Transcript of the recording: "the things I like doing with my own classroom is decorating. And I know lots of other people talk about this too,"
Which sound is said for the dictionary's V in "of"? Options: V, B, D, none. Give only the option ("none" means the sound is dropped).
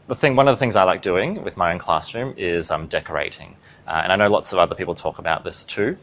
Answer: V